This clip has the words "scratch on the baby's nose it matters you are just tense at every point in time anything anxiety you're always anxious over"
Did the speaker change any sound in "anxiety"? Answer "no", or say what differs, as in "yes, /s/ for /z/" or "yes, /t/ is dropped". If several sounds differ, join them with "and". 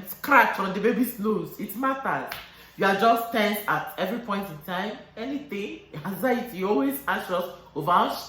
yes, /ŋ/ is dropped